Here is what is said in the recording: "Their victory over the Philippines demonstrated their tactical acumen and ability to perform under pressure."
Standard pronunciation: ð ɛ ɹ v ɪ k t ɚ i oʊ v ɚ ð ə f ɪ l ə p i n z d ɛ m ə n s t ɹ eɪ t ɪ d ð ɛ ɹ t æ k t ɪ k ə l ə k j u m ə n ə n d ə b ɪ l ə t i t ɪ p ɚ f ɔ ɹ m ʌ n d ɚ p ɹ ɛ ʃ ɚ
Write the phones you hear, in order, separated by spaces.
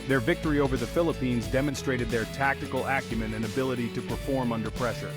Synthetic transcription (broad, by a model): ð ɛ ɹ v ɪ k t ɚ i oʊ v ɚ ð ə f ɪ l ə p i n z d ɛ m ə n s t ɹ eɪ t ɪ d ð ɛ ɹ t æ k t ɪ k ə l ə k j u m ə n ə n ə b ɪ l ə t i t ɪ p ɚ f ɔ ɹ m ʌ n d ɚ p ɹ ɛ ʃ ɚ